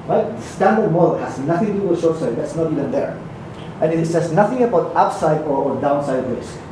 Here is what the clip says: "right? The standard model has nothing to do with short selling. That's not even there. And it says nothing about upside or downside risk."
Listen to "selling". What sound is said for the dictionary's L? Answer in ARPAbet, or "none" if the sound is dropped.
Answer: none